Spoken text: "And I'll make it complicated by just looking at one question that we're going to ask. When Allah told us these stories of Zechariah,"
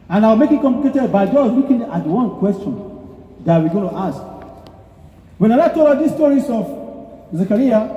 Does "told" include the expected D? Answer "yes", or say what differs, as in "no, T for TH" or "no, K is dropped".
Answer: no, D is dropped